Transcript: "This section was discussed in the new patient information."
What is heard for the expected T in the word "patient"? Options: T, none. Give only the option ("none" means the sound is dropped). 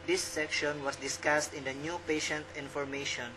T